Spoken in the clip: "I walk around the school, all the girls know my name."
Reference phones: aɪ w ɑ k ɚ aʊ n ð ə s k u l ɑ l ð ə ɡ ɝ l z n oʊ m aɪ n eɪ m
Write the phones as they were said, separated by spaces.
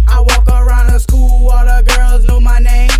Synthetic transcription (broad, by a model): aɪ w ɑ k ɚ aʊ n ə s k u l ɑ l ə ɡ ɝ l z n oʊ m aɪ n eɪ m